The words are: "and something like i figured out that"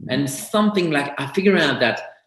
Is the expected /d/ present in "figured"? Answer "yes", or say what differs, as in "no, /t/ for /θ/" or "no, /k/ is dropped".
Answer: no, /d/ is dropped